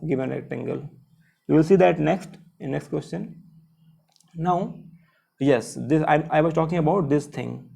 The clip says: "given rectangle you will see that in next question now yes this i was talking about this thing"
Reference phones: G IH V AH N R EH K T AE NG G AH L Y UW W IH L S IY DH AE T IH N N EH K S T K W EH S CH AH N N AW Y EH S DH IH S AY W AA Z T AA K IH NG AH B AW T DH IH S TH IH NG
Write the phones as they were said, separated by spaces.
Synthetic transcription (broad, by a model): G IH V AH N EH T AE NG G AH L Y UW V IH L S IY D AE T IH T N EH K S T K W EH S CH AH N N AW Y EH S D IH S AY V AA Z T AA K IH NG AH B AW T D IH S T IH NG